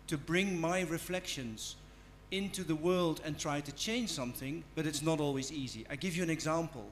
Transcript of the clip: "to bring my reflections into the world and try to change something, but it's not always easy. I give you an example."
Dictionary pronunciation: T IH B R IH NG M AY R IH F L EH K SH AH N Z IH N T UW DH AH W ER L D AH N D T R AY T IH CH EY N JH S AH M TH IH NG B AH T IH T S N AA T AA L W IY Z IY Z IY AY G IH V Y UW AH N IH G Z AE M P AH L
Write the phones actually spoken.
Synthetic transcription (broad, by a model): T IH B R IH NG M AY R IH F L EH K SH AH N Z IH N T UW DH AH W ER L D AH N T R AY T IH CH EY N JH S AH M TH IH NG B AH T IH T S N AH T AA L W IY Z IY Z IY AY G IH V Y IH AH N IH G Z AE M P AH L